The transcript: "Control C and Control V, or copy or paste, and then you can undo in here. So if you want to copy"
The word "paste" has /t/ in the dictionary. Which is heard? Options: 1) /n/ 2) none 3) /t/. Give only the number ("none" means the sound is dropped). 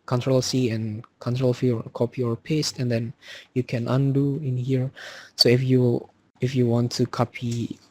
3